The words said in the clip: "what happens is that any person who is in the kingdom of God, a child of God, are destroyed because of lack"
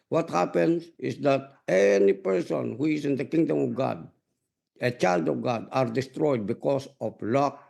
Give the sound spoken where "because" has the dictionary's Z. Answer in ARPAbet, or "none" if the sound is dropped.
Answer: S